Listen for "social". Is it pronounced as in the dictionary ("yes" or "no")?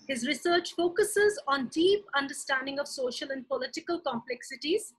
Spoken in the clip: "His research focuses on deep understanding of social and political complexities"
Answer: yes